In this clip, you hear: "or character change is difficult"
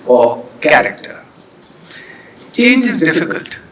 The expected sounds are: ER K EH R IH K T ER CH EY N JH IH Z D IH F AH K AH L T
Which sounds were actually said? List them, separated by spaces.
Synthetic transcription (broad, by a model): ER K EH R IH K T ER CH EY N IH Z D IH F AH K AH L T